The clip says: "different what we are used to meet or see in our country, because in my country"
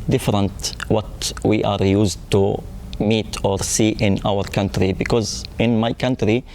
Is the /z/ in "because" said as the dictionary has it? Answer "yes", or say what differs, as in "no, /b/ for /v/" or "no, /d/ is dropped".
yes